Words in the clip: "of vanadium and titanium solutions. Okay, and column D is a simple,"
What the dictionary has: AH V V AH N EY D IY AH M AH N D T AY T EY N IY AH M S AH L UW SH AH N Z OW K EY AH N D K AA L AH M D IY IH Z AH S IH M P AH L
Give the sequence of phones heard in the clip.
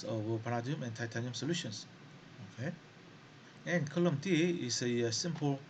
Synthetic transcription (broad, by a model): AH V P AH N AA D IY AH M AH N T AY T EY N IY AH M S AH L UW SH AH N S OW K EY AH N K AA L AH M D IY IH S AH S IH M P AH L